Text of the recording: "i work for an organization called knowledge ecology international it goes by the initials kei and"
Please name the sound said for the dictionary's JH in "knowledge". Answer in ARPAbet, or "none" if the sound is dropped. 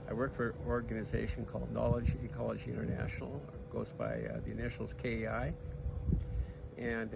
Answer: JH